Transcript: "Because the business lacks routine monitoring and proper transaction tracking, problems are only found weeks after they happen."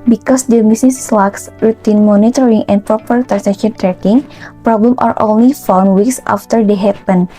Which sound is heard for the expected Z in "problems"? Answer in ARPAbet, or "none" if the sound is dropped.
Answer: none